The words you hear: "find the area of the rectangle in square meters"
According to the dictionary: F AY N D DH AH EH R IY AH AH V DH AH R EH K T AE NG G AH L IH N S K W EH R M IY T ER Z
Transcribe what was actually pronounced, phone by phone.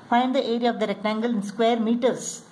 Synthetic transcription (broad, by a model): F AY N D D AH EH R IY AH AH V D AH R EH K T AE NG G AH L IH N S K W EH R M IY T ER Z